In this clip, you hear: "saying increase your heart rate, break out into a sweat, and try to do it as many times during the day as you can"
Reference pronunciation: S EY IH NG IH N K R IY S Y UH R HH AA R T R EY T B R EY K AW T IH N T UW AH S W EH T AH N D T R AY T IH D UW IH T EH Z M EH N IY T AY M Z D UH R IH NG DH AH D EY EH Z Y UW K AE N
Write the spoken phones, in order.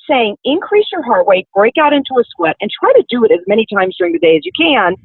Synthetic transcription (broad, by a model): S EY IH NG IH N K R IY S Y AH R HH AA R T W EY B R EY K AW T IH N T UW AH S W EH T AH N T R AY T IH D IH T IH Z M EH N IY T AY M Z D UH R IH NG DH AH D EY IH Z Y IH K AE N